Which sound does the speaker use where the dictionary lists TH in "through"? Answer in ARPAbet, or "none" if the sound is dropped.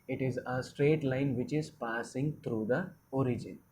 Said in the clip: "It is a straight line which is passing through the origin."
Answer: T